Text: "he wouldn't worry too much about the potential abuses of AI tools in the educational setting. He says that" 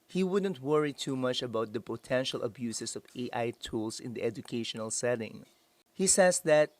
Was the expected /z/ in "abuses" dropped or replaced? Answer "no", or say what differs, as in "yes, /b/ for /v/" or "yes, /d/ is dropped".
yes, /s/ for /z/